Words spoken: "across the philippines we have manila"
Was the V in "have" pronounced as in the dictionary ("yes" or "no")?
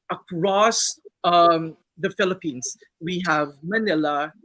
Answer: yes